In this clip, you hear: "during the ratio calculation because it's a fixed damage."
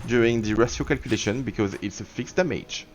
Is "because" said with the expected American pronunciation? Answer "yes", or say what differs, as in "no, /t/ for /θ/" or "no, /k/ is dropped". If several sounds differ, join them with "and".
yes